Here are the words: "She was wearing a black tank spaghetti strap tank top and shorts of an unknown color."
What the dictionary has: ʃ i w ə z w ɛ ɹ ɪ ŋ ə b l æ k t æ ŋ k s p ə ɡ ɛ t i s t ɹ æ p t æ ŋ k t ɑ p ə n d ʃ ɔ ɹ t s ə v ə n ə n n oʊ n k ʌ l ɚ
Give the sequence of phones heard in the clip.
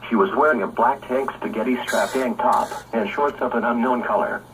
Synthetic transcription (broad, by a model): ʃ i w ə z w ɛ ɹ ɪ ŋ ə b l æ k t æ ŋ k s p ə ɡ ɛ t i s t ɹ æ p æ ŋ t ɑ p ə n ʃ ɔ ɹ t s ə p ə n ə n n oʊ n k ʌ l ɚ